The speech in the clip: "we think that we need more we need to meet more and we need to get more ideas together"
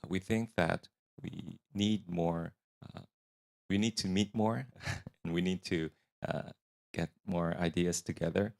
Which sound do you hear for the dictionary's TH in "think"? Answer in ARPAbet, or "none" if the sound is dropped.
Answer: TH